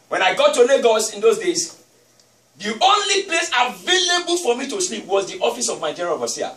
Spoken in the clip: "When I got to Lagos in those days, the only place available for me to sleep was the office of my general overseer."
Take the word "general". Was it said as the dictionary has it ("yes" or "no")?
no